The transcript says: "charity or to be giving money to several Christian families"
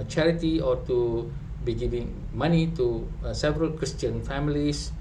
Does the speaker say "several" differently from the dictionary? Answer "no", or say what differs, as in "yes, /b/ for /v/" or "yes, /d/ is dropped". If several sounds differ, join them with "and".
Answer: no